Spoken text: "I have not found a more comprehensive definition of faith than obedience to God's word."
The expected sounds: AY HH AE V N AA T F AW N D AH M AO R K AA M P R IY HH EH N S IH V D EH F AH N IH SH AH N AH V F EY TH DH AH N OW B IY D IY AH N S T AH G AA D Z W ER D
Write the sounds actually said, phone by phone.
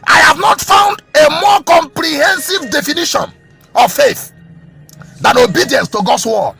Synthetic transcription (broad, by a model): AY HH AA V N AA T F AW N D AH M AO K AA M P R IY HH EH N S IH V D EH F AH N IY SH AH N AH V F EY TH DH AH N OW B IY D IY AH N S T AH G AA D S W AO